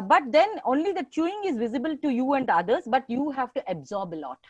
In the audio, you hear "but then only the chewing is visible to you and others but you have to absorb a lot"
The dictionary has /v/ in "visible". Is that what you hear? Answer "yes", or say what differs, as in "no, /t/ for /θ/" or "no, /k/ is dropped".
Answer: yes